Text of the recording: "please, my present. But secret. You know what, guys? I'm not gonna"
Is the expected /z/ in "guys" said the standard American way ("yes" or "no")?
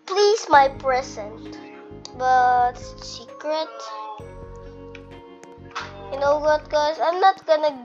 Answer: no